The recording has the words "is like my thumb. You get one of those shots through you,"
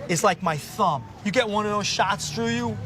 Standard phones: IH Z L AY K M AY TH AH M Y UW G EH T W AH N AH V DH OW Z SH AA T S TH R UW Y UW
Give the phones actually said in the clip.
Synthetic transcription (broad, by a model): IH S L AY K M AY TH AH M Y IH G EH T W AH N AH V DH OW Z SH AA T S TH R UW Y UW